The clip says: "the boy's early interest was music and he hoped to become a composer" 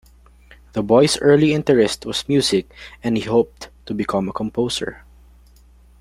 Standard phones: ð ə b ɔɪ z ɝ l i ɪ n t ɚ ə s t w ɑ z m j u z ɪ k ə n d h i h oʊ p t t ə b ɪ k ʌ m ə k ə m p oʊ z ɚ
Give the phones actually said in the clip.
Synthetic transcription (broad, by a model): ð ə b ɔɪ s ɝ l i ɪ n t ɚ ə s t w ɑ s m j u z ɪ k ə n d h i h oʊ p t t ə b ɪ k ʌ m ə k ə m p oʊ s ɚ